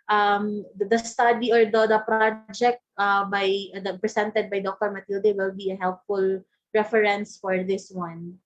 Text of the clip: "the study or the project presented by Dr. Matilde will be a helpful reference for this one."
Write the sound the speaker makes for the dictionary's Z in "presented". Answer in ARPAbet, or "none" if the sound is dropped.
S